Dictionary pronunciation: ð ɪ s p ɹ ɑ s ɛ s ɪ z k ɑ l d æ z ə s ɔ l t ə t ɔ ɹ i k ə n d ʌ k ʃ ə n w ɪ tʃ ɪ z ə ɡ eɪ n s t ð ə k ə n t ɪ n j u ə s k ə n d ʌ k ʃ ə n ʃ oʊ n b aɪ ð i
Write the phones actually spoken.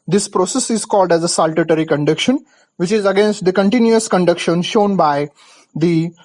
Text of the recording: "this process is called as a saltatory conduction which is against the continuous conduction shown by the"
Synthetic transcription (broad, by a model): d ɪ s p ɹ ɑ s ɛ s ɪ z k ɑ l d æ z ə s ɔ l t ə t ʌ ɹ i k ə n d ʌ k ʃ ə n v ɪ tʃ ɪ z ə ɡ eɪ n s t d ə k ə n t ɪ n j u ə s k ə n d ʌ k ʃ ə n ʃ oʊ n b aɪ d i